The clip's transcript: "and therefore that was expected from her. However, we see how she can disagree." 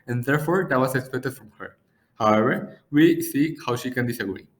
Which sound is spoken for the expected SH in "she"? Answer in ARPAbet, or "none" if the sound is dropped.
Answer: SH